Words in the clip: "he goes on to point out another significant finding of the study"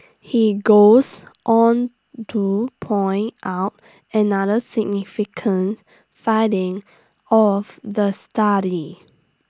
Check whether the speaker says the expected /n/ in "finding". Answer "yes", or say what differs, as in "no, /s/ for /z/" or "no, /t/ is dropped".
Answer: no, /n/ is dropped